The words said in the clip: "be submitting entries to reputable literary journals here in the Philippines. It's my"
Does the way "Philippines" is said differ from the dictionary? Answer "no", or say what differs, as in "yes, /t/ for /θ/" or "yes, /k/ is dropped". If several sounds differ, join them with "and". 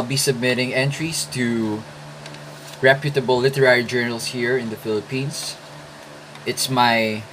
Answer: yes, /s/ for /z/